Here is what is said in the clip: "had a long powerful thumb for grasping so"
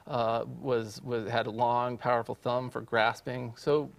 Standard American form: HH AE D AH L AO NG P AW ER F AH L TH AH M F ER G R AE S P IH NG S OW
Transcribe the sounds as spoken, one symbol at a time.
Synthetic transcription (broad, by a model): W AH D AH L AO NG P AW ER F L TH AH M F ER G R AE S P IH NG S OW